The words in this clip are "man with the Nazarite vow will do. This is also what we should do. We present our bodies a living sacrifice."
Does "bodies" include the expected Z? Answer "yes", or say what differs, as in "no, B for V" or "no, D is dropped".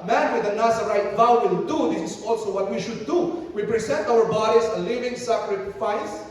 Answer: no, S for Z